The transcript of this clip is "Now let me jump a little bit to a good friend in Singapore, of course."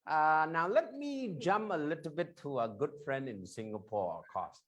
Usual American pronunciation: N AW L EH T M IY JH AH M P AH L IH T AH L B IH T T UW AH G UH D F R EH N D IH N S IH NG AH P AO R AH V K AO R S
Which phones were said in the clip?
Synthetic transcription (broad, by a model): N AW L EH T M IY JH AH M P AH L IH T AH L B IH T T UW AH G UH D F R EH N D IH N S IH NG AH P AO R AH V K AO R S